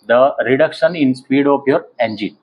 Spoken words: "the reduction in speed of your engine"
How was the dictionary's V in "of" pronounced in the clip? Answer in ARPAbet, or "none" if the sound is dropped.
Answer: P